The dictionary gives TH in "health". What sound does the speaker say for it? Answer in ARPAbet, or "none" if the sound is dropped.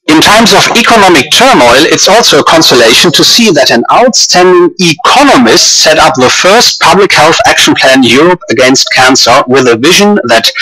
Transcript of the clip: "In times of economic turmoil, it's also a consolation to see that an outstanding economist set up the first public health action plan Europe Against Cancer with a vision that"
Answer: TH